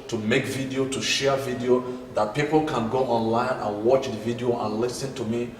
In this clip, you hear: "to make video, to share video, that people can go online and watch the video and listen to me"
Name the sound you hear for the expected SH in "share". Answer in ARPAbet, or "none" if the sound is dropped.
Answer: SH